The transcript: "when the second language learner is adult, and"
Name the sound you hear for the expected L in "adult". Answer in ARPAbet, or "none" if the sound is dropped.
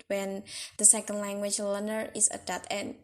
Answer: none